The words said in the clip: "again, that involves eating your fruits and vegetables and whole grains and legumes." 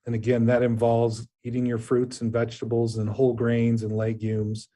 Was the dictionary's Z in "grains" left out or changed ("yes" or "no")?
no